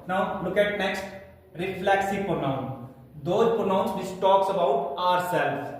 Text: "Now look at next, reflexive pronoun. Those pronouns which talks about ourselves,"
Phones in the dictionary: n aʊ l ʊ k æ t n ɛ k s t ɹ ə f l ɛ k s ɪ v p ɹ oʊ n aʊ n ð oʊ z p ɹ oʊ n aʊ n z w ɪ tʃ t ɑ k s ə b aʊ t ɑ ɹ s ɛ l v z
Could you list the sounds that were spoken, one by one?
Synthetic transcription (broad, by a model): n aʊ l ʊ k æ t n ɛ k s t ɹ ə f l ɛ k s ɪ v p ɹ oʊ n aʊ n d oʊ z p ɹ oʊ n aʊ n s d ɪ s t ɑ k s ə b aʊ t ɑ ɹ s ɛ l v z